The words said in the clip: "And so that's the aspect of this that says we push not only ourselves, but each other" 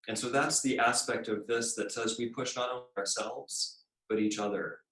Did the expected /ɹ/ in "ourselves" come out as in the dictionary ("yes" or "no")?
yes